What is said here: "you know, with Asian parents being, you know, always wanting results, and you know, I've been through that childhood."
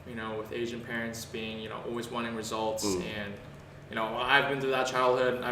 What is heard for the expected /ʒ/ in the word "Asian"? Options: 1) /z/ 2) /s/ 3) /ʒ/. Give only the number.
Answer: 3